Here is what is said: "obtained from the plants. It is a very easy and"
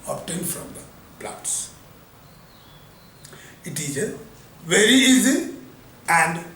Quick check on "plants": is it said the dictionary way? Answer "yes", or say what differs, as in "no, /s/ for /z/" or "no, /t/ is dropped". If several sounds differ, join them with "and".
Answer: no, /n/ is dropped